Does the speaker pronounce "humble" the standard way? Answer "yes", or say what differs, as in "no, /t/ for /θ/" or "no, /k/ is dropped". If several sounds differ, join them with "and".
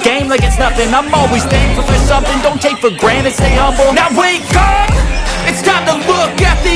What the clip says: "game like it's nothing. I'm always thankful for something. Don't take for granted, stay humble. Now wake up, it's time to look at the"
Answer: no, /m/ is dropped